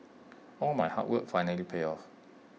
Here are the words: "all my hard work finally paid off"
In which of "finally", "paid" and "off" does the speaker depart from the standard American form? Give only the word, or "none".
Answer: paid